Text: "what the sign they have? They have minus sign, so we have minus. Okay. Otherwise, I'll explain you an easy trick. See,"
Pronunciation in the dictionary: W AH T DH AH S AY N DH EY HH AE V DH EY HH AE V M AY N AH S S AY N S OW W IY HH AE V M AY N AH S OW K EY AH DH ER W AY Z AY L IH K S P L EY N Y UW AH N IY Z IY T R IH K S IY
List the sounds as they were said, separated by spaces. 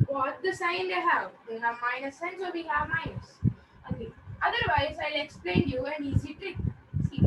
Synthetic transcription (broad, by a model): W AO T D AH S AY N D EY HH AE V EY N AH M AY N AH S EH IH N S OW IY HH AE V M AY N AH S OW EY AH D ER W AY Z AY L IH K S P L EY N Y UW AH N IY Z IY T IH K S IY